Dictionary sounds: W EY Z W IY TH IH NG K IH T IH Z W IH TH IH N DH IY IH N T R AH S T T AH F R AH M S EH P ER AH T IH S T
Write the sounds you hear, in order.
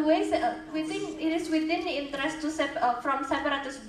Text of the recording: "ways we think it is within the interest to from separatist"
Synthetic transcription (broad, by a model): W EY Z W IY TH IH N IH T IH S W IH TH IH N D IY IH N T R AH S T S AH F R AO M S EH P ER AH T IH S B